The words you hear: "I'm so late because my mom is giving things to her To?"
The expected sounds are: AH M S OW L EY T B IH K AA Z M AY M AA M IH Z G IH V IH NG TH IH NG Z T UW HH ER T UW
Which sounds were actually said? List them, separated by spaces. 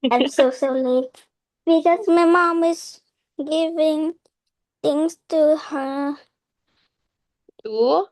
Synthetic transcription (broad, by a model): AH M S OW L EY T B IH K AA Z M AY M AA M IH Z G IH V IH NG T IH NG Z T UW HH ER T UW